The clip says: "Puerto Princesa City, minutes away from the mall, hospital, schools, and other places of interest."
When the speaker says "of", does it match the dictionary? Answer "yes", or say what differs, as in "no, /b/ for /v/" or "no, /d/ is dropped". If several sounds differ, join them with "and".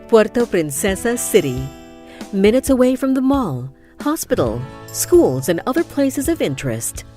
yes